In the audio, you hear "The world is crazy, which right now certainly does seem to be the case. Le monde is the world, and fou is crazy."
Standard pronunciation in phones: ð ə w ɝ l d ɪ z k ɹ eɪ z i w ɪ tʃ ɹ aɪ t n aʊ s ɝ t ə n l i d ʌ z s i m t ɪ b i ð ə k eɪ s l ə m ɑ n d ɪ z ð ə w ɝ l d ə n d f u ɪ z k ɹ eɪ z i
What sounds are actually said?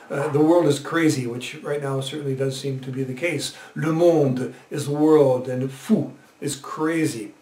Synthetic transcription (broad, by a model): ð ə w ɝ l d ɪ z k ɹ eɪ z i w ɪ tʃ ɹ aɪ t n aʊ s ɝ t n l i d ʌ z s i m t ɪ b i ð ə k eɪ s l ə m ɑ n d ɪ z ð ə w ɝ l d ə n f u ɪ z k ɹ eɪ z i